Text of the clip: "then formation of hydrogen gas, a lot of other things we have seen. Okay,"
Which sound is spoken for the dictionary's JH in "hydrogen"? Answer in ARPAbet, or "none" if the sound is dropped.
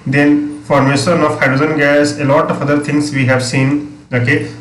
Z